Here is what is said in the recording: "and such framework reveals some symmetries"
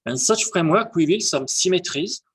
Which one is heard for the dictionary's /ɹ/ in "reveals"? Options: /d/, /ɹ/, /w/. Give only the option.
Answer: /w/